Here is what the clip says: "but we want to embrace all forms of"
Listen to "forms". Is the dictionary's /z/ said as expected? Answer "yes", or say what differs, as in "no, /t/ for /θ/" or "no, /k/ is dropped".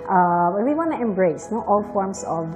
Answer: no, /s/ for /z/